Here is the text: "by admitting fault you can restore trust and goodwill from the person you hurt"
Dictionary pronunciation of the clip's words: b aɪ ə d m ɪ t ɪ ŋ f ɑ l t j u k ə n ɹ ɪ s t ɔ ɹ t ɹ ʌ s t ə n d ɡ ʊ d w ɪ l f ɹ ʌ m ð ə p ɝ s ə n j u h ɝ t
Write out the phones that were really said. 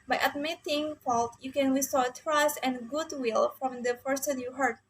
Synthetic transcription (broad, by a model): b aɪ ə d m ɪ t ɪ ŋ f ɑ l t j u k ə n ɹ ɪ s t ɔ t ɹ ʌ s t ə n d ɡ ʊ d w ɪ l f ɹ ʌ m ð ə f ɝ s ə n j u h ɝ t